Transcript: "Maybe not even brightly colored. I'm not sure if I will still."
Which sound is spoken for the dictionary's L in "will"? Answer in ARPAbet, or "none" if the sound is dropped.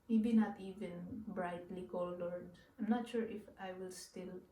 L